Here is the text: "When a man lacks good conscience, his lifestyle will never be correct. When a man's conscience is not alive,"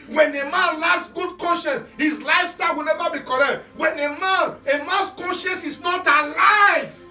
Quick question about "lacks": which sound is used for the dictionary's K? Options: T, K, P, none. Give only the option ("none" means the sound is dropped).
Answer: none